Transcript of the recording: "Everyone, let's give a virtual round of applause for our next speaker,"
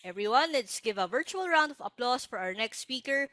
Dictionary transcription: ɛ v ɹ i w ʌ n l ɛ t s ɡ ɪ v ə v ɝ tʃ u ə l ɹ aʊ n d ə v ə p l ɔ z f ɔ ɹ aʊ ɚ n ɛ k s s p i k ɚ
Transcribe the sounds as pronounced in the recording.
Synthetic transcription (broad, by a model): ɛ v ɹ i w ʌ n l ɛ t s ɡ ɪ v ə v ɝ tʃ u ə l ɹ aʊ n d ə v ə p l ɔ s f ɔ ɹ aʊ ɚ n ɛ k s s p i k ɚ